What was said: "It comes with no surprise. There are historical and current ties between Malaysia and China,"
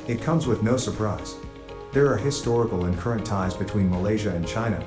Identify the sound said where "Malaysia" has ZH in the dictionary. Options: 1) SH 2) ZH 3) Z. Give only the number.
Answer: 2